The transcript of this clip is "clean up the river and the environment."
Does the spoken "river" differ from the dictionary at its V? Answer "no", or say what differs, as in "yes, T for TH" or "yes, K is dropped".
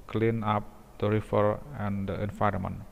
yes, F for V